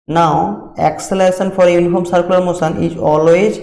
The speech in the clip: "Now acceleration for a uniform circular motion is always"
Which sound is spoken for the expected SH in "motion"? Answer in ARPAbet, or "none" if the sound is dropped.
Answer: S